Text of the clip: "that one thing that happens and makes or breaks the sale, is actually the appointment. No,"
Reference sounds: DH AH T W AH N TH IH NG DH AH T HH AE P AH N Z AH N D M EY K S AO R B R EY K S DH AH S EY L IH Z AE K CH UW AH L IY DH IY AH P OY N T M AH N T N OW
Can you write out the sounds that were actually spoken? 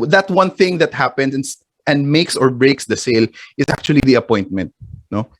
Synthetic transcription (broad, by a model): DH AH T W AH N TH IH NG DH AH T HH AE P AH N S AH N D M EY K S AO R B R EY K S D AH S EY L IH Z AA K CH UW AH L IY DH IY AH P OY N T M AH N T N OW